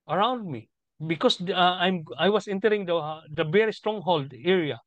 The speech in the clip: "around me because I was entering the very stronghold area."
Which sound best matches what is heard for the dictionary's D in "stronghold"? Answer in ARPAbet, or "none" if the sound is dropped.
D